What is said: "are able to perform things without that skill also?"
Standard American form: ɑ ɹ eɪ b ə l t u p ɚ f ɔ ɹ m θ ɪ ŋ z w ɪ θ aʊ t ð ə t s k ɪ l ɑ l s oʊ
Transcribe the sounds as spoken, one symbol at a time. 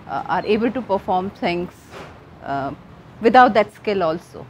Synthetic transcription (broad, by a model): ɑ ɹ eɪ b ə l t u p ɚ f ɔ ɹ m t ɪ ŋ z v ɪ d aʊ t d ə t s k ɪ l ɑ l s oʊ